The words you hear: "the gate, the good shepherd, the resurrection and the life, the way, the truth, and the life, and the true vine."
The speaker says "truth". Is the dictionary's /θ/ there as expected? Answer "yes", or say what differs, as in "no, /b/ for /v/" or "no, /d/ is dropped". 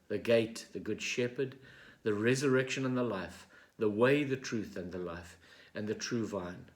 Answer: yes